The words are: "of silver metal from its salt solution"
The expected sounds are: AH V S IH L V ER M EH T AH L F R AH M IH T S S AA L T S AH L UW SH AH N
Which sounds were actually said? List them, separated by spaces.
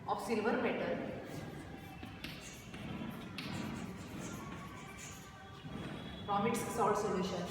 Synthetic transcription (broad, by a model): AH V S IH L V ER M EH T AH L P R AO M IH T S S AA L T S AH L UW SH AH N